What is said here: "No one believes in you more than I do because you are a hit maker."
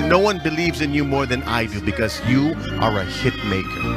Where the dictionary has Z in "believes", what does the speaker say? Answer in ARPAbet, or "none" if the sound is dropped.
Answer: Z